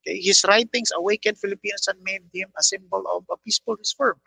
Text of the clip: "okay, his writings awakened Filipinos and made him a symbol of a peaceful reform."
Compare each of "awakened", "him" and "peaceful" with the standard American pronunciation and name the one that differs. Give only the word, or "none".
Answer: none